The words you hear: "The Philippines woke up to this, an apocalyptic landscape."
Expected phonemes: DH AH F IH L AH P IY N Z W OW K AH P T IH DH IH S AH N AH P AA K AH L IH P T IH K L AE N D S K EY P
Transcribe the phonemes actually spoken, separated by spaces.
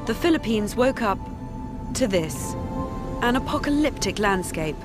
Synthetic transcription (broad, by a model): DH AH F IH L AH P IY N Z W OW K AH P T IH DH IH S AH N AH P AA K AH L IH P T IH K L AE N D S K EY P